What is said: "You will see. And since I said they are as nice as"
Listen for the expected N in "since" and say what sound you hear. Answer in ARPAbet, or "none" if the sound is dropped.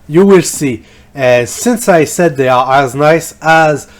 N